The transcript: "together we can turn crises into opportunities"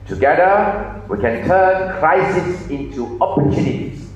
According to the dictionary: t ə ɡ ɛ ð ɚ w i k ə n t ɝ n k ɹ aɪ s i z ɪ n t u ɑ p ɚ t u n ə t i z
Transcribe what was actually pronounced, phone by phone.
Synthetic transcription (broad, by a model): t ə ɡ ɛ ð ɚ w i k ə n t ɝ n k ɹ aɪ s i s ɪ n t u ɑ p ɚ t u n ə t i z